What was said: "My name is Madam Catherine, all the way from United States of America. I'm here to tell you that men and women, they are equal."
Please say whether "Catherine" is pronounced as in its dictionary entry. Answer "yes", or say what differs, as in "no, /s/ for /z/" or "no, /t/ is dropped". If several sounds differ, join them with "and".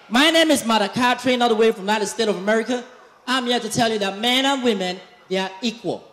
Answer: no, /t/ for /θ/